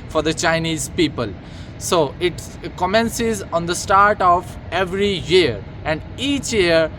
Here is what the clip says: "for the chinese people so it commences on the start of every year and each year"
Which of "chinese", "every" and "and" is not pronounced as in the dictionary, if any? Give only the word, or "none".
none